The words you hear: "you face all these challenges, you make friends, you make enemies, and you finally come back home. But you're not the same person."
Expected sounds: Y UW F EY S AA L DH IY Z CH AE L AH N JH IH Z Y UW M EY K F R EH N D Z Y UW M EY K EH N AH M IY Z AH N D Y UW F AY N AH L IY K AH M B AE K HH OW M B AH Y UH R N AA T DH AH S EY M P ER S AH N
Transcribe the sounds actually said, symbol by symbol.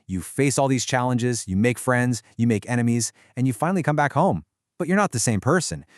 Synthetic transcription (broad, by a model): Y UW F EY S AA L DH IY Z CH AE L AH N JH IH Z Y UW M EY K F R EH N D Z Y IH M EY K EH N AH M IY Z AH N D Y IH F AY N L IY K AH M B AE K HH OW M B AH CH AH R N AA T DH AH S EY M P ER S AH N